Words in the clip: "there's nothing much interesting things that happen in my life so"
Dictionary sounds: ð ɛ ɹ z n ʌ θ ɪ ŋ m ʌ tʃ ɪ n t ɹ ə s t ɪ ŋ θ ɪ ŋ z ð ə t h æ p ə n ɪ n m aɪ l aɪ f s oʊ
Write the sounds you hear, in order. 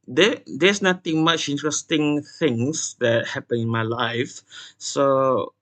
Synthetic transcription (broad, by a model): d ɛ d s n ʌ t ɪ ŋ m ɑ tʃ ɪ n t ɹ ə s t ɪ ŋ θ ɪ ŋ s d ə t h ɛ p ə n ɪ n m aɪ l aɪ f s oʊ